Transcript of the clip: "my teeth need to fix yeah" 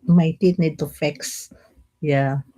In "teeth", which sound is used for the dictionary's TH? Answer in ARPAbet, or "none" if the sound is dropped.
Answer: T